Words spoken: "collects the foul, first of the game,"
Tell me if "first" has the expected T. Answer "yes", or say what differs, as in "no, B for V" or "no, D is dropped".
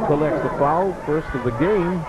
yes